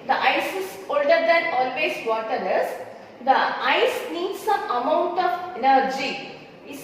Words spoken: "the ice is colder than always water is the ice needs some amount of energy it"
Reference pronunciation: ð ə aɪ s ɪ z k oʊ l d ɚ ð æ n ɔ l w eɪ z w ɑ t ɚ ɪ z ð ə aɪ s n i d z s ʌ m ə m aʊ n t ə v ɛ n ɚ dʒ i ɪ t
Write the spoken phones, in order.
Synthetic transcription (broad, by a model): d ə aɪ s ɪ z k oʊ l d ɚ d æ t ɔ l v eɪ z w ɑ t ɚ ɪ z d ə aɪ s n i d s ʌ ə m aʊ n t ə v ɛ n ɚ dʒ i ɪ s